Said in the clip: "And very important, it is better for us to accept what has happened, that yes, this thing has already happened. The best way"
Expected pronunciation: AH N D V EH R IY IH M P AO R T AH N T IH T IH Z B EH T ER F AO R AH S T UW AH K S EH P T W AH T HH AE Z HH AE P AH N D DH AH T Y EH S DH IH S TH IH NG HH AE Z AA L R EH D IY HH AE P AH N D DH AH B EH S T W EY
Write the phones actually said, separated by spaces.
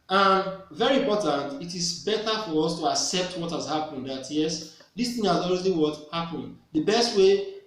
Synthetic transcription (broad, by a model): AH N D V EH R IY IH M P AO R T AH N T IH T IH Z B EH T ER F AO R AH S T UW AH K S EH P T W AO T HH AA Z HH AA P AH N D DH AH T Y EH S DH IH S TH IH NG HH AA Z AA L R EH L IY HH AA P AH N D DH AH B EH S T W EY